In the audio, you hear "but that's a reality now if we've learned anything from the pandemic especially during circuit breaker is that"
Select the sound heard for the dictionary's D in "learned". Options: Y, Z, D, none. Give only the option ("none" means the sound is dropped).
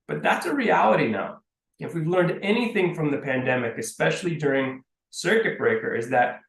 D